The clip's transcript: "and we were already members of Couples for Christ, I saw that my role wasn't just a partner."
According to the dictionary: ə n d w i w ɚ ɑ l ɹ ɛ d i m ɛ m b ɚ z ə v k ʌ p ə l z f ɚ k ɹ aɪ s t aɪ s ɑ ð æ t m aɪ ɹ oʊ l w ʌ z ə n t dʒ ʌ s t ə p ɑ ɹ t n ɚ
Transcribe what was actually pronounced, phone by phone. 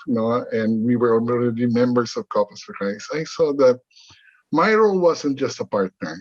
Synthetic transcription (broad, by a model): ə n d w i w ɚ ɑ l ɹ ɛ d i m ɛ m b ɚ s ə v k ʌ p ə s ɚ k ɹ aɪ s aɪ s ɑ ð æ t m aɪ ɹ oʊ l w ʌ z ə n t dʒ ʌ s t ə p ɑ ɹ t n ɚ